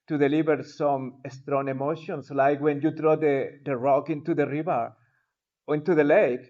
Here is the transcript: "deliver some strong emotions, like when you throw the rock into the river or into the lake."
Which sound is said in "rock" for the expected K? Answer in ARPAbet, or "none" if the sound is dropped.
K